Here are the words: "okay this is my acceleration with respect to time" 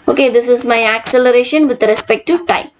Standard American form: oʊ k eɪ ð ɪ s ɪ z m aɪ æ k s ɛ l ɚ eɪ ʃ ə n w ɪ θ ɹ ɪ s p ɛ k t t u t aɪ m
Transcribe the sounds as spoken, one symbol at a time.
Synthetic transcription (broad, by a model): oʊ k eɪ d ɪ s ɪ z m aɪ æ k s ɛ l ɚ eɪ ʃ ə n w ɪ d ɹ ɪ s p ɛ k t t u t aɪ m